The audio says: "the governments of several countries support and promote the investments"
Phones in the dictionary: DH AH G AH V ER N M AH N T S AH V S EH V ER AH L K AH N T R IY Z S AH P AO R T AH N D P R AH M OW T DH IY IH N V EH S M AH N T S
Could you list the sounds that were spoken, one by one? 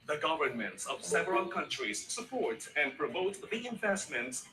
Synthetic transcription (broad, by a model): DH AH G AH V ER N M AH N T S AH V S EH V ER AH L K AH N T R IY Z S AH P AO R T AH N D P R AH M OW T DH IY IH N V EH S M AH N T S